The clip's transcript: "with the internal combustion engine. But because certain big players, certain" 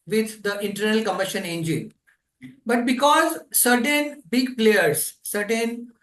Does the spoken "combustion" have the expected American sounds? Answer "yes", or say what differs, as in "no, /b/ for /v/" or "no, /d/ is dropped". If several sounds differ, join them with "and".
no, /b/ is dropped